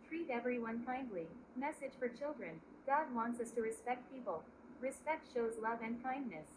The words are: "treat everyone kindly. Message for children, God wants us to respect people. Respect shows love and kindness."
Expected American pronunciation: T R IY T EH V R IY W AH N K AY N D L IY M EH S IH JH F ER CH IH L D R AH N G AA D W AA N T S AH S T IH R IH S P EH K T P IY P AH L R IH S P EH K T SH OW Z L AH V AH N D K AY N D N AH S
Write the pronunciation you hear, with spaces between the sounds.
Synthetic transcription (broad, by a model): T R IY T EH V R IY W AH N K AY N D L IY M EH S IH ZH F ER CH IH L D R AH N G AA D W AA N T S AH S T IH R IH S P EH K T P IY P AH L R IH S P EH K T SH OW Z L AH V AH N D K AY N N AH S